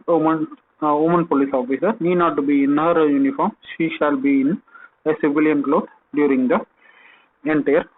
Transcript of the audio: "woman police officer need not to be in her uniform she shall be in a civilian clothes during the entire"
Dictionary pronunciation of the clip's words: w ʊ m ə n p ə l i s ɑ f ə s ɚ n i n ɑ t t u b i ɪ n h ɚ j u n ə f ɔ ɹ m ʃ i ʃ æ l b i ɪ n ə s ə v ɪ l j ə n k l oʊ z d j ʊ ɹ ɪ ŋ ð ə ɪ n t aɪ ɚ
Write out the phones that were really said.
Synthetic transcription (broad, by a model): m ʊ m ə n p ə l i s ɑ f ə s ɚ n i n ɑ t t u b i ɪ n h ɚ j u n ə f ɔ ɹ m ʃ i ʃ æ l b i ɪ n ə s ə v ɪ l j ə n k l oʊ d d j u ɹ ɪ ŋ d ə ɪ n t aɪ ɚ